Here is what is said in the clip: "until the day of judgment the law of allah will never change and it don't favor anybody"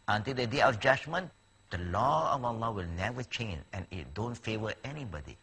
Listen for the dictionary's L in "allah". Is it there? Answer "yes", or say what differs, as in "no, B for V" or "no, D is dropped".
yes